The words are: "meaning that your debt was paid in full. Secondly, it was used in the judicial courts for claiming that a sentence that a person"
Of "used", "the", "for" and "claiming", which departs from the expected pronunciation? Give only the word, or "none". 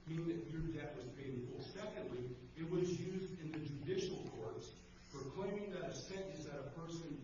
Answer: none